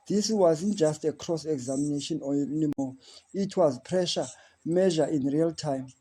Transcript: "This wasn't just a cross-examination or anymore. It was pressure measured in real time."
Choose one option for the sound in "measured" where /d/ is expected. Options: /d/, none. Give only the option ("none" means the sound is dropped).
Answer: none